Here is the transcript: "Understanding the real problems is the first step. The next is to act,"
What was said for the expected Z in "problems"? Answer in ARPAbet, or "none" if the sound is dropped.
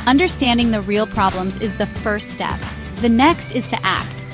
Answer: Z